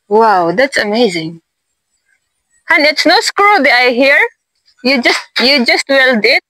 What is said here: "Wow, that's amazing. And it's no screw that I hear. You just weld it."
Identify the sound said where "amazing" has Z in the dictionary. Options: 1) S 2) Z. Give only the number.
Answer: 2